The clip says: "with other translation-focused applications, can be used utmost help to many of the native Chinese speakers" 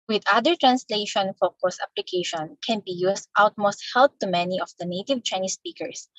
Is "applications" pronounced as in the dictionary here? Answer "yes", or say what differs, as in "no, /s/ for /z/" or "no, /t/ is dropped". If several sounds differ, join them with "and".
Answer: no, /z/ is dropped